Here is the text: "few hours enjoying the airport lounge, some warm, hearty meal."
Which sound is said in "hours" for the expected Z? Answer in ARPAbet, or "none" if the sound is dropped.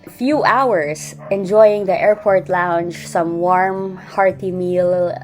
S